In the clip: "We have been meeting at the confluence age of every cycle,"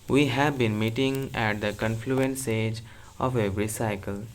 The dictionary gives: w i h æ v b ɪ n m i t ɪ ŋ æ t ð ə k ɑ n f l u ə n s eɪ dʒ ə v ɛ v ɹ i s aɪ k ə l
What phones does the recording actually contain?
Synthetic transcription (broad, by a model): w i h æ v b ɪ n m i t ɪ ŋ æ t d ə k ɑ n f l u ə n s eɪ dʒ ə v ɛ v ɹ i s aɪ k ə l